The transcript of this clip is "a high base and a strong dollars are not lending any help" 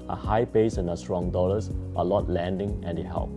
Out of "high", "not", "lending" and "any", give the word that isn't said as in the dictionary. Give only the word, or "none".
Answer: not